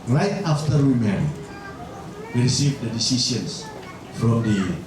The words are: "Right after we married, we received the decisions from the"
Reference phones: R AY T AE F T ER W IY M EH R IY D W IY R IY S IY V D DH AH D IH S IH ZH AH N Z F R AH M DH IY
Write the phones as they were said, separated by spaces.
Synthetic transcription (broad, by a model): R AY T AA F T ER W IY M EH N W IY R IY S IY V D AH D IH S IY S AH N S F R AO M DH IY